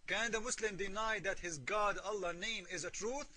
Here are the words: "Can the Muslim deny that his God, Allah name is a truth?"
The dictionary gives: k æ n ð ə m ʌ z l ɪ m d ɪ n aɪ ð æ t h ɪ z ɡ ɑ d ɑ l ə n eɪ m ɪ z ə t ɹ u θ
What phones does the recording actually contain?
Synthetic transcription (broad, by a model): k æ n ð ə m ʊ s l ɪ m d ɪ n aɪ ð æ t h ɪ z ɡ ɑ d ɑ l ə n eɪ m ɪ z ə t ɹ u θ